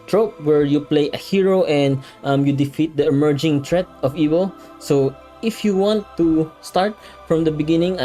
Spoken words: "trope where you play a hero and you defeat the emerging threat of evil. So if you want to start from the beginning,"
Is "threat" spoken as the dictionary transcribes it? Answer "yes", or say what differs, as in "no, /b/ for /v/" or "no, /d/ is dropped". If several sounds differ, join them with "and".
no, /t/ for /θ/